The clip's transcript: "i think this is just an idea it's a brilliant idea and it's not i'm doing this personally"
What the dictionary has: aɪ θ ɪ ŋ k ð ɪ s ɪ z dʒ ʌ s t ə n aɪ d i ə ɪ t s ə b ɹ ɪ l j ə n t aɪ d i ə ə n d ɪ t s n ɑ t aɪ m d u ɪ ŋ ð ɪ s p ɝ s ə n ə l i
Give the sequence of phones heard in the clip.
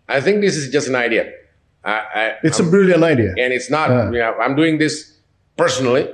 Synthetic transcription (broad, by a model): aɪ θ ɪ ŋ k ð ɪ s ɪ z dʒ ʌ s t ə n aɪ d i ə ɪ t s ə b ɪ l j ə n aɪ d i ə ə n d ɪ t s n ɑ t aɪ m d u ɪ ŋ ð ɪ s p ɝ s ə n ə l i